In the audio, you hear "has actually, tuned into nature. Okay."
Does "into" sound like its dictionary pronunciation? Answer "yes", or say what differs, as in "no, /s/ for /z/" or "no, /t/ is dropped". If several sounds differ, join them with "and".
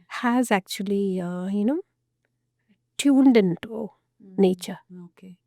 yes